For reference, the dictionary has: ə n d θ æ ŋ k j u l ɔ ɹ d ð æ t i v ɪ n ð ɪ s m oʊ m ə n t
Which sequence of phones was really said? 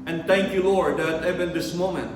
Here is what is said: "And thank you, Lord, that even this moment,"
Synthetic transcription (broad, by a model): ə n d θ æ ŋ k j u l ɔ ɹ d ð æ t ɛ b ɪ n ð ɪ s m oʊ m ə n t